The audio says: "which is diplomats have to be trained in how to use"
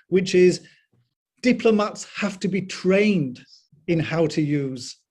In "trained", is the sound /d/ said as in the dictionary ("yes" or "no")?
yes